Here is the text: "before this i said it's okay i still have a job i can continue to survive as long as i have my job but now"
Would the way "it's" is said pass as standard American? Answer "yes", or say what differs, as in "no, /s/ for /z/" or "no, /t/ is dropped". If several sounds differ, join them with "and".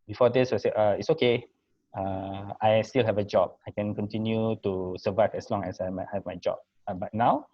yes